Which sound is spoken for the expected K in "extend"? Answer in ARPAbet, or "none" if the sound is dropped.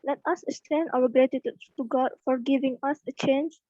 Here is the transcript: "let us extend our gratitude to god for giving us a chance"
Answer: none